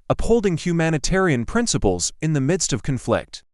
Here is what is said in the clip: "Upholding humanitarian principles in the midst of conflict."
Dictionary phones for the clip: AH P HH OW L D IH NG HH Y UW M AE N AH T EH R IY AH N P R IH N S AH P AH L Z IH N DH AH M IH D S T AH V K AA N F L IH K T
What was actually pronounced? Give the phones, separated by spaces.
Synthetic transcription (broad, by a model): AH P HH OW L D IH NG HH Y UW M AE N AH T EH R IY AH N P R IH N S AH P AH L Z IH N DH AH M IH D S T AH V K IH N F L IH K T